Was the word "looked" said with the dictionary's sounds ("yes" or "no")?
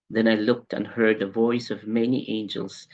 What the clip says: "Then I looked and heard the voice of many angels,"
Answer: yes